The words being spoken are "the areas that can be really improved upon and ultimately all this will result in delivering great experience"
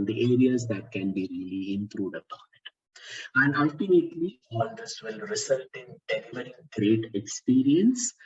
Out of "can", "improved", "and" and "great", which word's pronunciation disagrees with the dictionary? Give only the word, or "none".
improved